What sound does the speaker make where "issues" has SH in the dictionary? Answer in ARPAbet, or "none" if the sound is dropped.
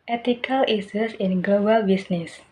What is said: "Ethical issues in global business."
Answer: S